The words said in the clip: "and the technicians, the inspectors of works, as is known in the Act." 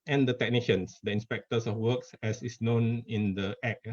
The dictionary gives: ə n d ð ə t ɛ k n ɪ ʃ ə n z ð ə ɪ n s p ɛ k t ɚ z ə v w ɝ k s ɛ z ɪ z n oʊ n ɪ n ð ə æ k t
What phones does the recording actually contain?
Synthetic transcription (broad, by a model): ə n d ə t ɛ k n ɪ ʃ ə n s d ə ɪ n s p ɛ k t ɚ s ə f w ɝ k s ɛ s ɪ s n oʊ n ɪ n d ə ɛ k